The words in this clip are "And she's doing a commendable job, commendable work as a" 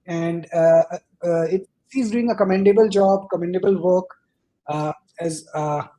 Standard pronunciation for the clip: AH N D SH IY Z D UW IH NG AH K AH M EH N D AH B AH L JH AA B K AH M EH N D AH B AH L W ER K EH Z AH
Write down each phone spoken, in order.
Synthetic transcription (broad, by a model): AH N D S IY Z D UW IH NG AH K AH M EH N D AH B AH L JH AA B K AH M EH N D AH B AH L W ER K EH Z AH